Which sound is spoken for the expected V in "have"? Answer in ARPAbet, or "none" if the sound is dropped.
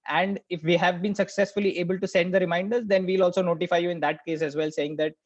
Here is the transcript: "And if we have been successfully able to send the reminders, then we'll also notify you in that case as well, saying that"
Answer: V